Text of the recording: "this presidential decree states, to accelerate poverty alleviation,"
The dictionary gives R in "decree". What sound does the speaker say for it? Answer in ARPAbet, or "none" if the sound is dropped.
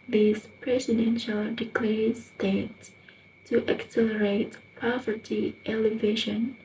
L